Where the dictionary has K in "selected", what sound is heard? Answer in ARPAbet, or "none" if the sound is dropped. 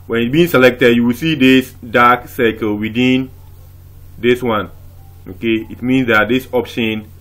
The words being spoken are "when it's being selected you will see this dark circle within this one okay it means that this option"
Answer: K